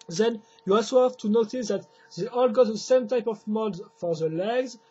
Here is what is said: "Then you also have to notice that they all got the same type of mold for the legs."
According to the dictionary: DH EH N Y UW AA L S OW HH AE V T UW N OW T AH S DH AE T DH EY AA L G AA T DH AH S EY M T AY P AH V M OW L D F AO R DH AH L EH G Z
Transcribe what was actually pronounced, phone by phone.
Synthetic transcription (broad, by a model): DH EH N Y UW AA S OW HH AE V T UW N OW T AH S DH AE T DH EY AA L G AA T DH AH S EY M T AY P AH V M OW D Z F AO R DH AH L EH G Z